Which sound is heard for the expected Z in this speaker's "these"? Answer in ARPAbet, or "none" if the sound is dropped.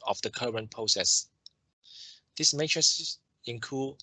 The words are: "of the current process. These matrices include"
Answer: S